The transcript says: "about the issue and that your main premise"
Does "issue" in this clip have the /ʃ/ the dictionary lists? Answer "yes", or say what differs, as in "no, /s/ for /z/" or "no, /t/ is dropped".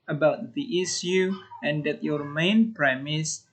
no, /s/ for /ʃ/